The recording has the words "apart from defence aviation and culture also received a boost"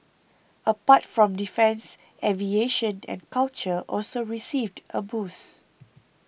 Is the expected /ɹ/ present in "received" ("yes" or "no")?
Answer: yes